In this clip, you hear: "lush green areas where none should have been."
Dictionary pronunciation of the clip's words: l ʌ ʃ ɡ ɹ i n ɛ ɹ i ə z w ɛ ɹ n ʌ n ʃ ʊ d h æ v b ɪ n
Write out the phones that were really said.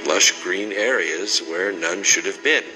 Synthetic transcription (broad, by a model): l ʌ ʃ ɡ ɹ i n ɛ ɹ i ə z w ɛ ɹ n ʌ n ʃ ʊ d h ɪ v b ɪ n